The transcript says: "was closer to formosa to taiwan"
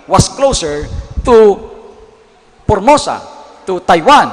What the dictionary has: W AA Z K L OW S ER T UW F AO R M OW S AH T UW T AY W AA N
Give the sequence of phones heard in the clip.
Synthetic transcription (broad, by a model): W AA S K L OW S ER T UW P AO R M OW S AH T UW T AY W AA N